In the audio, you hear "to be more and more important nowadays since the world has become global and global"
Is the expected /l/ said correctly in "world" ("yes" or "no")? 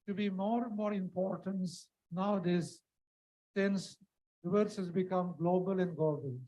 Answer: no